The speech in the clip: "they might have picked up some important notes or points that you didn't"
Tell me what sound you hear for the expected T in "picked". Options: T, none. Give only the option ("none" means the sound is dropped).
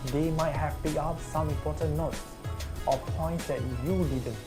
none